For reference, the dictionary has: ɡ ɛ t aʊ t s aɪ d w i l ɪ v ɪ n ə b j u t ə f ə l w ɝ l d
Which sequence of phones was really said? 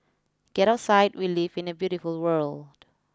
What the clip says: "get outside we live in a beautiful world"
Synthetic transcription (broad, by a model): ɡ ɛ t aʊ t s aɪ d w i l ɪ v ɪ n ə b j u t ə f ə l w ɝ l d